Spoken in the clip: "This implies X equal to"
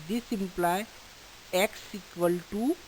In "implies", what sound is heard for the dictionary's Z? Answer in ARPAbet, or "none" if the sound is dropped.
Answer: none